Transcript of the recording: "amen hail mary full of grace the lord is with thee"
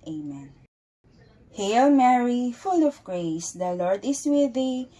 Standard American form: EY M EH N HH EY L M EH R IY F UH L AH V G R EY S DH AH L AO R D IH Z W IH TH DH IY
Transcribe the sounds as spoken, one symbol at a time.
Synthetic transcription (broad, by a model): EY M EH N HH EY L M EH R IY F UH L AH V G R EY S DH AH L AO R D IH S W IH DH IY